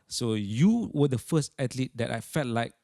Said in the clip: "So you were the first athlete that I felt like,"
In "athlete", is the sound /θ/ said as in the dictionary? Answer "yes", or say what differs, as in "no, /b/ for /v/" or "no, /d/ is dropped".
no, /t/ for /θ/